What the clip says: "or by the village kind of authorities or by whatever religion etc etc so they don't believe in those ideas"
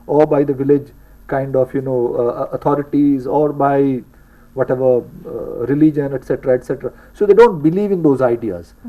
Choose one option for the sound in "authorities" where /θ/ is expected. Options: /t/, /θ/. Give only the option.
/t/